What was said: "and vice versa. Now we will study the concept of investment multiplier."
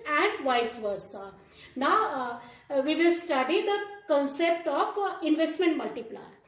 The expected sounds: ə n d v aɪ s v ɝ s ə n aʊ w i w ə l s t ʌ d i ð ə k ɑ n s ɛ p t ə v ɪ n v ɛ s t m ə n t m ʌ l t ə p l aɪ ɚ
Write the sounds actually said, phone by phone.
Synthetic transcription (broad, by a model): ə n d v aɪ s v ɝ s ə n aʊ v i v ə l s t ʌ d i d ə k ɑ n s ɛ p t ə f ɪ n v ɛ s t m ə n t m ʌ l t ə p l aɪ